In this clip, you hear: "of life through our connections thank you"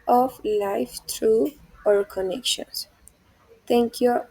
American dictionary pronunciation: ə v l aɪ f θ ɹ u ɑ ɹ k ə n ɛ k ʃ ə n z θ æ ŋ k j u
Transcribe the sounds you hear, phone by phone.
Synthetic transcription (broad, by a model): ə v l aɪ f t ɹ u ɑ ɹ k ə n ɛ k ʃ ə n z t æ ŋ k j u